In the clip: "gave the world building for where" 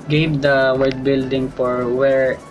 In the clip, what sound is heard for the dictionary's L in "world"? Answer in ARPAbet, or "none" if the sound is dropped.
none